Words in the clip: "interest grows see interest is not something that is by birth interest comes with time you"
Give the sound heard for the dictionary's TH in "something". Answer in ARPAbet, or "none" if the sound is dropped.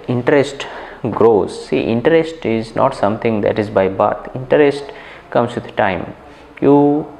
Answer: T